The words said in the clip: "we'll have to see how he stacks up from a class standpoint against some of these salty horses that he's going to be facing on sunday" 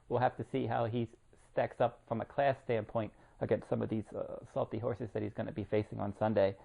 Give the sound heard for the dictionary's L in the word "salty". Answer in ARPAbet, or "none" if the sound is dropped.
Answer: L